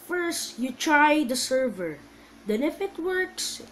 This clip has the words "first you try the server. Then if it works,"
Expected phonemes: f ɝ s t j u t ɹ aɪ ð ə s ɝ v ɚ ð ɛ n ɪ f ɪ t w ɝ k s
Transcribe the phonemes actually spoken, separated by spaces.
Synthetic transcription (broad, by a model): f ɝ s t j u t ɹ aɪ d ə s ɝ v ɚ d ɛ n ɪ f ɪ t w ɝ k s